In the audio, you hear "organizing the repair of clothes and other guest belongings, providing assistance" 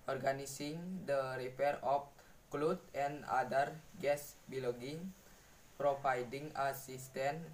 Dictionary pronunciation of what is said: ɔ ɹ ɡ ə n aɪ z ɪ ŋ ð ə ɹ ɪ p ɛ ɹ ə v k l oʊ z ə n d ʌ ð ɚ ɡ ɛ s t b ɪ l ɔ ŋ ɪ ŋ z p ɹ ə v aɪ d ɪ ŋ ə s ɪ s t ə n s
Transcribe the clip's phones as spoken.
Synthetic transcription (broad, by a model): ɔ ɹ ɡ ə n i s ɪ ŋ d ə ɹ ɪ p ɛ ɹ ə f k l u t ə n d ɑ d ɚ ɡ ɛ s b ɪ l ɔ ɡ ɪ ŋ p ɹ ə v aɪ d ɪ ŋ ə s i s t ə n